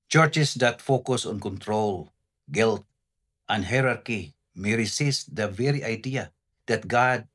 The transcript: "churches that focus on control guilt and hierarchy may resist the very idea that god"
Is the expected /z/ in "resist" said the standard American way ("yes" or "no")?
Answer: no